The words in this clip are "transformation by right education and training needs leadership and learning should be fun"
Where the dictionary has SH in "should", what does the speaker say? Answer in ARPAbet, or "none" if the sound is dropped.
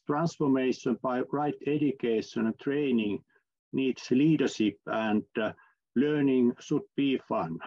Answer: S